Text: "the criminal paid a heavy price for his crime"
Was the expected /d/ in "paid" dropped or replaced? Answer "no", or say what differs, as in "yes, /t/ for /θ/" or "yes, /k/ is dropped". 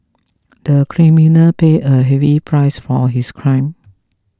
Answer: yes, /d/ is dropped